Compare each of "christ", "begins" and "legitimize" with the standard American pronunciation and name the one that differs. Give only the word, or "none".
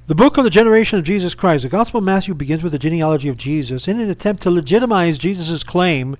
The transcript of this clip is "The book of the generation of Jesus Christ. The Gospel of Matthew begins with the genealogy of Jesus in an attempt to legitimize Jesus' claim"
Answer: none